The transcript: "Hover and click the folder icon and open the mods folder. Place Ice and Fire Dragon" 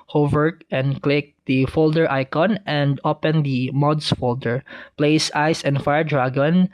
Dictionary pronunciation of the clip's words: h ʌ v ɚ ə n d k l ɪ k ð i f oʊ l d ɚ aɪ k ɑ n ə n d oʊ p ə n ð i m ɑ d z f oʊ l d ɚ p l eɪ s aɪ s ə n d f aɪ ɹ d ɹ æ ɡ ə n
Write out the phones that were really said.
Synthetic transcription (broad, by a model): h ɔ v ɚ ə n d k l ɪ k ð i f oʊ l d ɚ aɪ k ɑ n ə n d oʊ p ə n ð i m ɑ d s f oʊ l d ɚ p l eɪ s aɪ s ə n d f aɪ ɹ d ɹ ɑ ɡ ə n